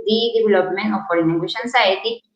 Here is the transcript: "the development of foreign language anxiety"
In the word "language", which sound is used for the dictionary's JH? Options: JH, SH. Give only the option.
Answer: SH